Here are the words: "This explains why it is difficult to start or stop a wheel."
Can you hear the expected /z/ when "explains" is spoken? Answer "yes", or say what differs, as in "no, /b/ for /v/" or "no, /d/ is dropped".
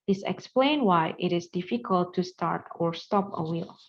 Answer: no, /z/ is dropped